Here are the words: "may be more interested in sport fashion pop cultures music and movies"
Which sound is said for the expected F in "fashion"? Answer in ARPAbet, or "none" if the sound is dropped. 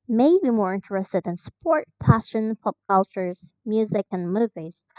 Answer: P